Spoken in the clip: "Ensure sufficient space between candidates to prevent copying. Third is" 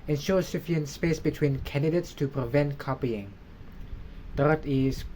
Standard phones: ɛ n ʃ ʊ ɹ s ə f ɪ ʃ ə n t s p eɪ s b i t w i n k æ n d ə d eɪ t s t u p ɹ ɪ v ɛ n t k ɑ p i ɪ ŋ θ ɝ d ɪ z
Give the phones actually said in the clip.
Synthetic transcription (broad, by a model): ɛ n ʃ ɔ s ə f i ə n s p eɪ s b i t w i n k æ n d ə d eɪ t s t u p ɹ ɪ v ɛ n t k ɑ p i ɪ ŋ t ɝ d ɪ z